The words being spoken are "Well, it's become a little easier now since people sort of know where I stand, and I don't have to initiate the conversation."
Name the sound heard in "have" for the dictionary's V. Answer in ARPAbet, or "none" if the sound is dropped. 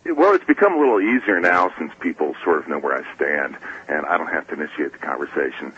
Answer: F